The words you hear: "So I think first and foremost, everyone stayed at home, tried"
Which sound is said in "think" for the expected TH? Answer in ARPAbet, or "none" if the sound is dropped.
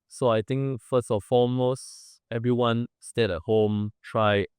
T